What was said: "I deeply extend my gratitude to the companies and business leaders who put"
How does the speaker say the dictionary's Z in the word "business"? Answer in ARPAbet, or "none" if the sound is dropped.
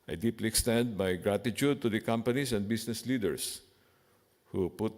S